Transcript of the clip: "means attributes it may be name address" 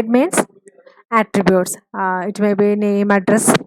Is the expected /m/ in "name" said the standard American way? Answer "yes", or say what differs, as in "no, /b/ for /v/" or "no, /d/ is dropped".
yes